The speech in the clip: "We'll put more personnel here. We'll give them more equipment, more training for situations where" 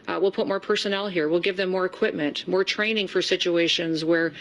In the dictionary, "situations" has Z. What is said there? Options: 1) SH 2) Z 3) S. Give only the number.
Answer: 2